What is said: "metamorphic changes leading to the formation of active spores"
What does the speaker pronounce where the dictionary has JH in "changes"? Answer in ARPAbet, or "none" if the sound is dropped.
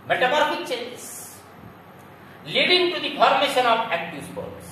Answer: none